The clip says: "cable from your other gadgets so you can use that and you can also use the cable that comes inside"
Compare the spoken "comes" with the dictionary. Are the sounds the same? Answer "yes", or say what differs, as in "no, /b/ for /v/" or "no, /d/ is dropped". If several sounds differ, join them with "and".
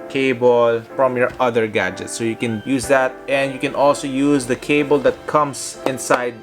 no, /s/ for /z/